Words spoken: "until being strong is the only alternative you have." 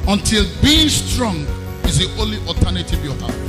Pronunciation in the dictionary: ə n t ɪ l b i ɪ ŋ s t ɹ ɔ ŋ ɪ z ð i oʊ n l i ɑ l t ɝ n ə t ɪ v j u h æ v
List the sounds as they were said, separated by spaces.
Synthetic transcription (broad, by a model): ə n t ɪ l b i ɪ ŋ s t ɹ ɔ ŋ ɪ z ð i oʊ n l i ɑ t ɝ n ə t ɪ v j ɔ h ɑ